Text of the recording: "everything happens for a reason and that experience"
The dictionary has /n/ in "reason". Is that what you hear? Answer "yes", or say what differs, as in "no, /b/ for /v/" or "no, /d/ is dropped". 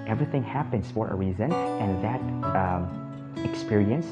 yes